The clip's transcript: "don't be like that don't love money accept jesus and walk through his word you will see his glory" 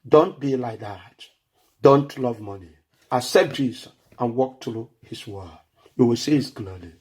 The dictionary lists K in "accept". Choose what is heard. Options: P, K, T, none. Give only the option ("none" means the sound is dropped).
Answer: none